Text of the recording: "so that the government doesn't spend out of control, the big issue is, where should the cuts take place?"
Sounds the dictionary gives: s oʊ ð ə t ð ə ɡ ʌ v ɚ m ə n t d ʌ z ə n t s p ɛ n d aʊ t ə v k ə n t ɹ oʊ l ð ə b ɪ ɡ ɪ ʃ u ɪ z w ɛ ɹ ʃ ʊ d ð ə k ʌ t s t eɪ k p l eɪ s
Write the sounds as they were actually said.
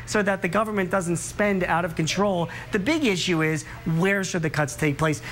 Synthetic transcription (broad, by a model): s oʊ ð ə t ð ə ɡ ʌ v ɚ m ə n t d ʌ z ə n t s p ɛ n d aʊ t ə v k ə n t ɹ oʊ l ð ə b ɪ ɡ ɪ ʃ u ɪ z w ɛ ɹ ʃ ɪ d ð ə k ʌ t s t eɪ k p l eɪ s